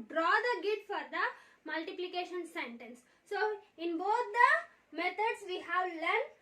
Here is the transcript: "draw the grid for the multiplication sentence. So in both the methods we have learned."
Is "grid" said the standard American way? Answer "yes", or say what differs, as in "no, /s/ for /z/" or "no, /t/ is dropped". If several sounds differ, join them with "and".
no, /ɹ/ is dropped